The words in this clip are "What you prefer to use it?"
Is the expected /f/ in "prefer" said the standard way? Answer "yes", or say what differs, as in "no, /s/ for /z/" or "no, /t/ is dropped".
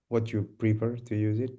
no, /p/ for /f/